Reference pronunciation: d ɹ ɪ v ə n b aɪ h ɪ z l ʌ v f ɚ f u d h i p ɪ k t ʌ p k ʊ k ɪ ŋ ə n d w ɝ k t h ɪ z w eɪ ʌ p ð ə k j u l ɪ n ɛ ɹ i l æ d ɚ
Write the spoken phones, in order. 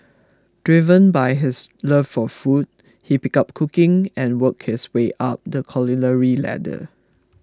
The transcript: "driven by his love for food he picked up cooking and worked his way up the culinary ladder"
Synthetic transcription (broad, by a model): d ɹ ɪ v ə n b aɪ h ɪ s l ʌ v f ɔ f u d h i p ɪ k ʌ p k ʊ k ɪ ŋ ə n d w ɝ k h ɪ s w eɪ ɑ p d ə k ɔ l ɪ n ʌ ɹ i l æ d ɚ